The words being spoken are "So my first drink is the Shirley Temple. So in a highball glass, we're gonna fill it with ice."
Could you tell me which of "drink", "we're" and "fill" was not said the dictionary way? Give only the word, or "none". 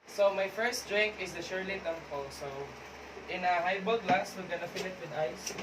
we're